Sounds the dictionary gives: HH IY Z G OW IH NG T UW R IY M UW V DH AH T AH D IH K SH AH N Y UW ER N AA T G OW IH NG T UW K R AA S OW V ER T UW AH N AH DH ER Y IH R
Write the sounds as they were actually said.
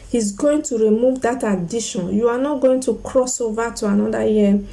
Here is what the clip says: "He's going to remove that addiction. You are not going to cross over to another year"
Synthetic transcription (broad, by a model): HH IY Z G OW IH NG T UW R IY M UW V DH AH T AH D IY SH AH N Y UW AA N AA T G OW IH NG T UW K R AA S OW V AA T UW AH N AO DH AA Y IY